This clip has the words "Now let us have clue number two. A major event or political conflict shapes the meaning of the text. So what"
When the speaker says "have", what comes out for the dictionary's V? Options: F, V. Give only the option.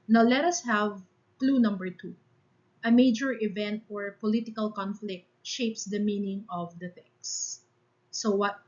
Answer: V